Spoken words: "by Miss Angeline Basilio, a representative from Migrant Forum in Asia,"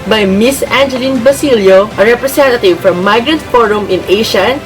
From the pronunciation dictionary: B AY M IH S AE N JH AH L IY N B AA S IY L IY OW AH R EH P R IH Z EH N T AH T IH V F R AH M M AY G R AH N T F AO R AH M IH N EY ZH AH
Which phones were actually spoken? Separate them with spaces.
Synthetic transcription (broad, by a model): B AY M IH S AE N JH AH L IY N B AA S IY L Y OW AH R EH P R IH S EH N T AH T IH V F R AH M M AY G R AH N T F AO R AH M IH N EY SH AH